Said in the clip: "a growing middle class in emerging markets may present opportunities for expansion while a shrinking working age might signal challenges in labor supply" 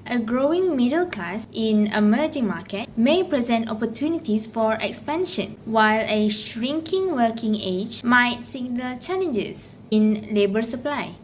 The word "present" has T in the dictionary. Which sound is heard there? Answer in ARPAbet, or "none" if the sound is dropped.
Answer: T